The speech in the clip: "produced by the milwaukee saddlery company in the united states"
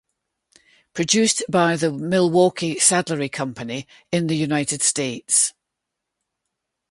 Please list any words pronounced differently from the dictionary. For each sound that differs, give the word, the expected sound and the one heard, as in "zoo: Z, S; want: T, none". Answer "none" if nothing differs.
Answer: none